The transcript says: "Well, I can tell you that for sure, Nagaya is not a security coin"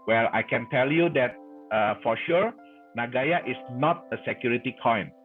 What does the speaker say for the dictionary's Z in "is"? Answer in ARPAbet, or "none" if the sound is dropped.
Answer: S